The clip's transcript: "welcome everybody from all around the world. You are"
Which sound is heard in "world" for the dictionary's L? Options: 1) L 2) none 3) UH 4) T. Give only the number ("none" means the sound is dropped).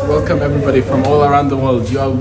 1